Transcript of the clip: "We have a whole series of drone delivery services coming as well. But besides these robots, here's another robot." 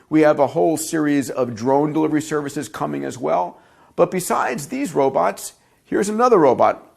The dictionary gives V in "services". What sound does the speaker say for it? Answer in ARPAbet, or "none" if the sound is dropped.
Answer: V